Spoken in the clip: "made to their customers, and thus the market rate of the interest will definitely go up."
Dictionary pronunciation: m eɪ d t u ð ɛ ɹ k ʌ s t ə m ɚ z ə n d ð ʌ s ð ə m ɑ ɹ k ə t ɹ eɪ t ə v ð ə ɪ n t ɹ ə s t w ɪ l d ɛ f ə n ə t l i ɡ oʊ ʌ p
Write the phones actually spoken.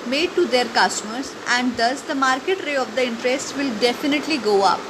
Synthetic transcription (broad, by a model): m eɪ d t u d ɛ ɹ k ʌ s t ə m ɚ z ə n d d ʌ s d ə m ɑ ɹ k ə t ɹ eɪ ə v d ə ɪ n t ɹ ə s t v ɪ l d ɛ f ə n ə t l i ɡ oʊ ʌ p